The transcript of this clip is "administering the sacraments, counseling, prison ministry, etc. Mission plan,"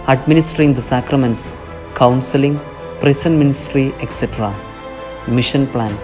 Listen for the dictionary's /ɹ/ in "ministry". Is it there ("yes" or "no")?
yes